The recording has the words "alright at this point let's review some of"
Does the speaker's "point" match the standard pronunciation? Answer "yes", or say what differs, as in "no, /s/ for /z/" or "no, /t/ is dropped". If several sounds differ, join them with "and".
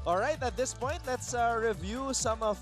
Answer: yes